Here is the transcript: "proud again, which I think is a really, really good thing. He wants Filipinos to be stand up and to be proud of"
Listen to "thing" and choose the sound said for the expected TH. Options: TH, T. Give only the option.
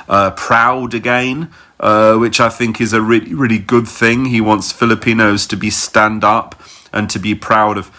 TH